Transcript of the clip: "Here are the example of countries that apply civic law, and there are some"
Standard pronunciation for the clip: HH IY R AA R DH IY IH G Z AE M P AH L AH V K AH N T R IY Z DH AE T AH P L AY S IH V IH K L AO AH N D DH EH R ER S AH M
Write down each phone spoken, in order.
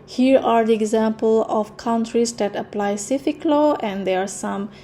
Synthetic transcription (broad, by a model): HH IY R AA R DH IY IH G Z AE M P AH L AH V K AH N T R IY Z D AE T AH P L AY S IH F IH K L AO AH N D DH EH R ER S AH M